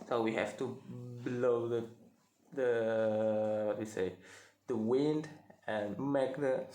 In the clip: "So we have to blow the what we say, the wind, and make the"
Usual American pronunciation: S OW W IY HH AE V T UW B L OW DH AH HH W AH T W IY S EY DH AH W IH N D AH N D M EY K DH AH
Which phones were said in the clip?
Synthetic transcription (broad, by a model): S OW W IY HH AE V T UW B L OW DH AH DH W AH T W IY S EY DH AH W IH N D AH N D M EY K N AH